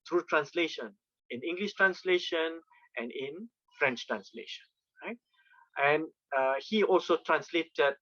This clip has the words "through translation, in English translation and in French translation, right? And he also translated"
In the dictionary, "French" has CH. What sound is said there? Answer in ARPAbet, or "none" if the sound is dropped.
CH